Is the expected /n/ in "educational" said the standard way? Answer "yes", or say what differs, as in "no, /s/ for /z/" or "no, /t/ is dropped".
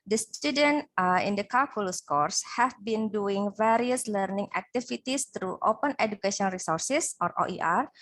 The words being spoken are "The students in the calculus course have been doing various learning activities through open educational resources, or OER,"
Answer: no, /n/ is dropped